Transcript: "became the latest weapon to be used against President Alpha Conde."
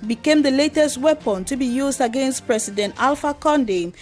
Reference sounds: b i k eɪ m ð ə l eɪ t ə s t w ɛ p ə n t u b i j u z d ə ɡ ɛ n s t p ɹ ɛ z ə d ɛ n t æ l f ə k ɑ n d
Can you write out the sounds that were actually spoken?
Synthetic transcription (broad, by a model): b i k eɪ m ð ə l eɪ t ə s t w ɛ p ə n t u b i j u z d ə ɡ ɛ n s t p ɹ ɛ s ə d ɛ n t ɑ l f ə k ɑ n d